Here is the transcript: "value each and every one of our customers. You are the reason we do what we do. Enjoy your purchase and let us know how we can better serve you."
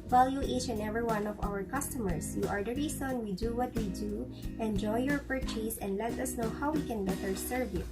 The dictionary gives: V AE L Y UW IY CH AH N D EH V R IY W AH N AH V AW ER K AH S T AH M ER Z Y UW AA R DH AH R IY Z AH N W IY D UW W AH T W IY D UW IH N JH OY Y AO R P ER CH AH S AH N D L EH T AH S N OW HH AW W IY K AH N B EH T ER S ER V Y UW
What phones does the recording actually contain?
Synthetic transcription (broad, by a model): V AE L Y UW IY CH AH N EH V R IY W AH N AH V AW ER K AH S T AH M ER S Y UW AA R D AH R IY S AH N W IY D UW W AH T W IY D UW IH N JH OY Y AO R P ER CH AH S AH N D L EH T AH S N OW HH AW W IY K AH N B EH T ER S ER V Y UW